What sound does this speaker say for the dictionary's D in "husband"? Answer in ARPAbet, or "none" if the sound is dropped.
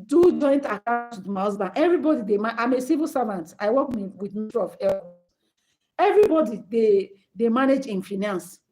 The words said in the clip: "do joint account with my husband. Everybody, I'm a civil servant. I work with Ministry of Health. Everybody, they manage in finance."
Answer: none